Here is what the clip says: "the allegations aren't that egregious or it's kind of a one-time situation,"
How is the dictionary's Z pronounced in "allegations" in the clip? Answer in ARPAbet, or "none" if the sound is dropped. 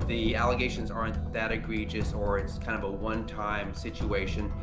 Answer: Z